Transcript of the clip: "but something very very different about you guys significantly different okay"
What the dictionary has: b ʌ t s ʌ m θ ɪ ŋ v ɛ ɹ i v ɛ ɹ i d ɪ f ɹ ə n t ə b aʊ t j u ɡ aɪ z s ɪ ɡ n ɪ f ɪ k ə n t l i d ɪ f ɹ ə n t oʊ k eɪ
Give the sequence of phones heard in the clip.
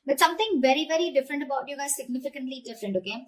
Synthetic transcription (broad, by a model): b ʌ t s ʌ m t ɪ ŋ v ɛ ɹ i v ɛ ɹ i d ɪ f ɹ ə n t ə b aʊ t j u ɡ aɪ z s ɪ ɡ n ɪ f ɪ k ə n t l i d ɪ f ɹ ə n t oʊ k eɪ